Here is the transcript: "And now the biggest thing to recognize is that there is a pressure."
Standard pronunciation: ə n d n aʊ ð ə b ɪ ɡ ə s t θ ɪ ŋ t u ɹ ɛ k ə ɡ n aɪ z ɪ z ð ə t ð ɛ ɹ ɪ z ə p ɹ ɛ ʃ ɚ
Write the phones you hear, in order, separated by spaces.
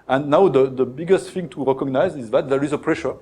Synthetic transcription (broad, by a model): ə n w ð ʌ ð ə b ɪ ɡ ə s t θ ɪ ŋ t u ɹ ɛ k ə ɡ n aɪ z ɪ z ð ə t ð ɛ ɹ ɪ z ə p ɹ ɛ ʃ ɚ